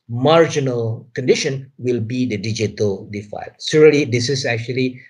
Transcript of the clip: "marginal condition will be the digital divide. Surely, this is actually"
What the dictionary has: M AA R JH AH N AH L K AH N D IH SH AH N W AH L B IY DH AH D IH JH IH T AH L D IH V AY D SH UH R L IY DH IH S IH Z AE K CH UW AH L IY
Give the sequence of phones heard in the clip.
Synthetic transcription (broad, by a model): M AA R JH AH N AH L K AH N D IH SH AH N W AH L B IY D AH D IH JH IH T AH L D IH F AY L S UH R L IY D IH S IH S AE K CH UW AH L IY